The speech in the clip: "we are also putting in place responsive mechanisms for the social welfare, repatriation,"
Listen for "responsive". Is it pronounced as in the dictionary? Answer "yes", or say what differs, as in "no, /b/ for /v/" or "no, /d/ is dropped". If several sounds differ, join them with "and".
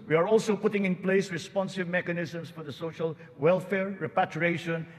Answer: yes